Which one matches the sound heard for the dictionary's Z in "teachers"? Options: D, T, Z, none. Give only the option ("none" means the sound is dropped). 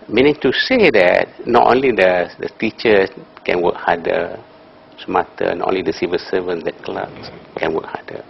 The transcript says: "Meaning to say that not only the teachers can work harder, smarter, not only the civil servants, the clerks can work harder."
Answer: none